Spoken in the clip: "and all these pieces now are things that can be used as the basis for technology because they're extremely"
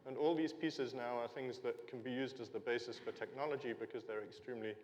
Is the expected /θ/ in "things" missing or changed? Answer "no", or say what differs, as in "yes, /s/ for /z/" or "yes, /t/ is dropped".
no